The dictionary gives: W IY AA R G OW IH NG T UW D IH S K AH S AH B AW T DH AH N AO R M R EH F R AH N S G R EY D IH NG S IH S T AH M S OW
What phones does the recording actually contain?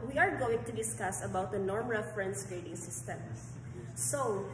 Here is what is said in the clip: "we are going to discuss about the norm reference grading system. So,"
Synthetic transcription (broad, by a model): W IY AA R G OW IH NG T UW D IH S K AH S AH B AW T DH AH N AO R M R EH F R AH N S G R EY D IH NG S IH S T AH M S OW